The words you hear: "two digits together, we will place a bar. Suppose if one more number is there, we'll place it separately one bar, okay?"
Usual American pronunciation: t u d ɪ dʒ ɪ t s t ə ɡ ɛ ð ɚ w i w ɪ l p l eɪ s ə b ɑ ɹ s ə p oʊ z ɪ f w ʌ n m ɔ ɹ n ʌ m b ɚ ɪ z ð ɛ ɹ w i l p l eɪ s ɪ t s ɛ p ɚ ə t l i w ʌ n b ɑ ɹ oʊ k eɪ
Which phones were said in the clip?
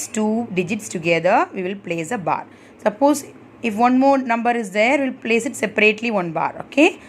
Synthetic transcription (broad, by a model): t u d ɪ dʒ ɪ t s t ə ɡ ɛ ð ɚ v i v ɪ l p l eɪ s ə b ɑ ɹ s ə p oʊ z ɪ f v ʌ n m ɔ ɹ n ʌ m b ɚ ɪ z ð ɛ ɹ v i l p l eɪ s ɪ t s ɛ p ɚ ə t l i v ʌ n b ɑ ɹ oʊ k eɪ